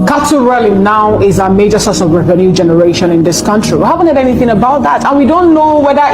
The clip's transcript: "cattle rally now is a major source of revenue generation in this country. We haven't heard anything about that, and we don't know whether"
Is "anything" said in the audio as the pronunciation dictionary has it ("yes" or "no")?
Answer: yes